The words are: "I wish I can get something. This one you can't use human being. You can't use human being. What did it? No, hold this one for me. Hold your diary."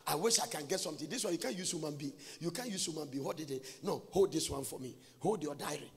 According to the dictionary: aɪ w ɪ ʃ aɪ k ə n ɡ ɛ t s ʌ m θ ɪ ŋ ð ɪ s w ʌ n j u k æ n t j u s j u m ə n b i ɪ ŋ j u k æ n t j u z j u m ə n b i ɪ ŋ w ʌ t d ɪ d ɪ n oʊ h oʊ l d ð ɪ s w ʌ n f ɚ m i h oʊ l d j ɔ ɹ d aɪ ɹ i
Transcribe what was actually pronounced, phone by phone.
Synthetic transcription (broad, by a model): aɪ w ɪ ʃ aɪ k ə n ɡ ɛ t s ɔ m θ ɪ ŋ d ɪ s w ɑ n j u k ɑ n j u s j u m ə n b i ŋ j u k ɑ n j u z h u m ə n b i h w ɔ d ɪ d ɪ n oʊ h oʊ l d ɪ s w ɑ n f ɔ m i h oʊ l d j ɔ d aɪ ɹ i